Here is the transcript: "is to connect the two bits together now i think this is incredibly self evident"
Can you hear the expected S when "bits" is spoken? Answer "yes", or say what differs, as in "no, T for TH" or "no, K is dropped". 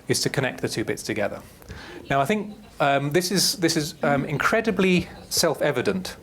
yes